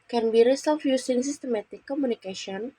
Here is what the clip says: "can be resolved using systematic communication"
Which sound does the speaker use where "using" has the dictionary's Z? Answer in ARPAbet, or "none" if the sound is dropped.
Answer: S